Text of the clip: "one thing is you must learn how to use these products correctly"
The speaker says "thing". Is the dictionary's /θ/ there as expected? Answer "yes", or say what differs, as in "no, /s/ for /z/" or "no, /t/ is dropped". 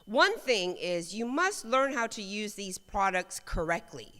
yes